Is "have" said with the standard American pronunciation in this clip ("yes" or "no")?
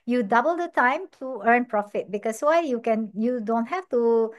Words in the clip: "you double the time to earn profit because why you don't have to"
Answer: no